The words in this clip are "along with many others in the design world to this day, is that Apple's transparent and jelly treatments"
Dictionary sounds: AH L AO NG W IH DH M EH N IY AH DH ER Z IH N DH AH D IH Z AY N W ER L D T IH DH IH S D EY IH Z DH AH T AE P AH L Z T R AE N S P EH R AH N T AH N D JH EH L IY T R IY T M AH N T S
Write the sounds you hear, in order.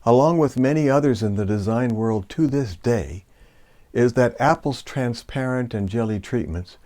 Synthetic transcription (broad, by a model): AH L AO NG W IH DH M EH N IY AH DH ER Z IH N DH AH D IH Z AY N W ER L D T IH DH IH S D EY IH Z DH AH T AE P L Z T R AE N S P EH R AH N T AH N JH EH L IY T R IY T M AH N T S